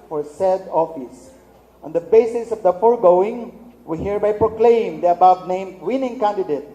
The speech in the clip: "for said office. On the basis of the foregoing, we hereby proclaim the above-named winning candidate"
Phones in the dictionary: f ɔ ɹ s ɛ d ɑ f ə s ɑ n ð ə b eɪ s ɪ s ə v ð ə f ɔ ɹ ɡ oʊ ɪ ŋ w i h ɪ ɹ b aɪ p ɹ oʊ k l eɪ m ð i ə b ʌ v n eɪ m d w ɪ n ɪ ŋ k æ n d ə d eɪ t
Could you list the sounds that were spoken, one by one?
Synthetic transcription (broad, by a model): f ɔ ɹ s ɛ d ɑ f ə s ɑ n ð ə b eɪ s ɪ s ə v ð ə f ɔ ɹ ɡ oʊ ɪ ŋ w i h ɪ ɹ b aɪ p ɹ oʊ k l eɪ m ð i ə b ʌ b n eɪ m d w ɪ n ɪ ŋ k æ n d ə d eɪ t